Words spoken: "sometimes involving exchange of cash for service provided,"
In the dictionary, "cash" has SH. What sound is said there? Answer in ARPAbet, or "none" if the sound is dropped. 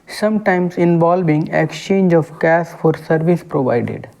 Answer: S